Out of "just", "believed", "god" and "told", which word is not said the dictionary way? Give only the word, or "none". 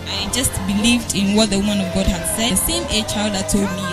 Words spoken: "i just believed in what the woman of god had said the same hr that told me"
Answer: none